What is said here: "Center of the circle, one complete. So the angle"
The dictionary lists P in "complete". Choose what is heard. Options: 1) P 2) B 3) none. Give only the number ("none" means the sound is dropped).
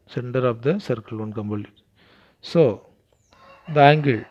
2